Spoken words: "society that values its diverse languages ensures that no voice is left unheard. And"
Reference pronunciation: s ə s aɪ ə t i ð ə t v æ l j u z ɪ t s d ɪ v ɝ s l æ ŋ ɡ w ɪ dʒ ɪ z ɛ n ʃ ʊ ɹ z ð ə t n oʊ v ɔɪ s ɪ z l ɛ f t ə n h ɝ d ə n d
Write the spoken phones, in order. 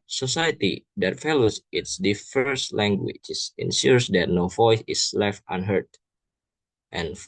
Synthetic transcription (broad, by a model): s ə s aɪ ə t i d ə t f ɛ l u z ɪ t s d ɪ f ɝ s l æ ŋ ɡ w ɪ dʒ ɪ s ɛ n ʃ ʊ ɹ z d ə t n oʊ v ɔɪ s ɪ s l ɛ f t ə n h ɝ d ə n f